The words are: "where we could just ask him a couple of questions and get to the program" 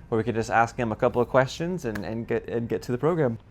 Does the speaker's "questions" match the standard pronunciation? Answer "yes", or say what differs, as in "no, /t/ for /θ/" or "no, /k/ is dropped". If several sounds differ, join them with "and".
yes